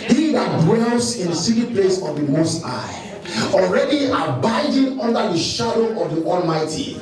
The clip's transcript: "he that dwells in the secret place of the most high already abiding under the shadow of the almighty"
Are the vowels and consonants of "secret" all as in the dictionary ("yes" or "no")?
no